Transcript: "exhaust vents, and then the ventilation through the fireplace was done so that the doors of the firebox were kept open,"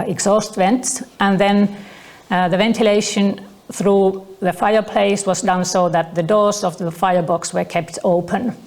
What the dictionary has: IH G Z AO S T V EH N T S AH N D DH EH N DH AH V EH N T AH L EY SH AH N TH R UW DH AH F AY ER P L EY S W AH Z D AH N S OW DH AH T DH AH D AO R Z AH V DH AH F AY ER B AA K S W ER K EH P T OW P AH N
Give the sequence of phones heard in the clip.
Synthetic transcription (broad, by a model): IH G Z AO S T V EH N T S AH N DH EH N DH AH V EH N T AH L EY SH AH N TH R UW DH AH F AY ER P L EY S W AH Z D AH N S OW DH AH T DH AH D AO R Z AH V DH AH F AY ER B AA K S W ER K EH P T OW P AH N